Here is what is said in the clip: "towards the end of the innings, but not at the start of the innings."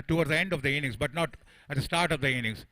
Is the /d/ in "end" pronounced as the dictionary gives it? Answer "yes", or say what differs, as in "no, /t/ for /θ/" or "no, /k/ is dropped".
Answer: yes